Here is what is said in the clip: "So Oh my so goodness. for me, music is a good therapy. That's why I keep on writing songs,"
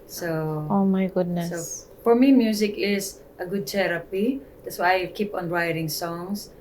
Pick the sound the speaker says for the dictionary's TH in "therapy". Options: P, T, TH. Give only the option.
T